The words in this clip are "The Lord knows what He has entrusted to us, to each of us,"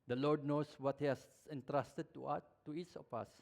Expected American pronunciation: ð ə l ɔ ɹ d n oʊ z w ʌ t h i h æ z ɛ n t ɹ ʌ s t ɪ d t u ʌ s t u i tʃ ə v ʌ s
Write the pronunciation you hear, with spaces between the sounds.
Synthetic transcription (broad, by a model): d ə l ɔ ɹ d n oʊ s w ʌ t h i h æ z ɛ n t ɹ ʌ s t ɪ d t u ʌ t u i s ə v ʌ s